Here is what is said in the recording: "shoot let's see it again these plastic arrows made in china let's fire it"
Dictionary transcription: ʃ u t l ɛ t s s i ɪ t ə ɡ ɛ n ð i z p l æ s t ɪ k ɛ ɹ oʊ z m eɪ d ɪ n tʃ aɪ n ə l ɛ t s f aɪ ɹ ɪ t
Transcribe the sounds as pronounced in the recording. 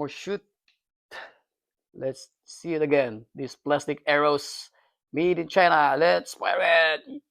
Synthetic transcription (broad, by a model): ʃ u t l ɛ t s s i ɪ t ə ɡ ɛ n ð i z p l æ s t ɪ k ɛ ɹ oʊ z m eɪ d ɪ n tʃ aɪ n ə l ɛ t s p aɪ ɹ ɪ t